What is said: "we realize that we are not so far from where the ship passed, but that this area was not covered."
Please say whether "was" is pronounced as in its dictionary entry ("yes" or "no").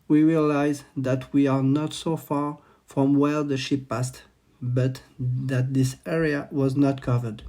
yes